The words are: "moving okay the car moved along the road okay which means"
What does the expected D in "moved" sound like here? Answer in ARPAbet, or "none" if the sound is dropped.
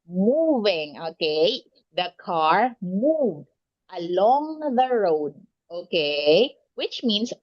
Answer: D